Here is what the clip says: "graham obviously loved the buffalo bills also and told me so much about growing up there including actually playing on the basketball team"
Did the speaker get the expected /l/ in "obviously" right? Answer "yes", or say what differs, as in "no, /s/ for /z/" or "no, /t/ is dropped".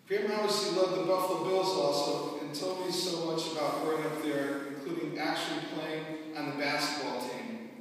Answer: no, /l/ is dropped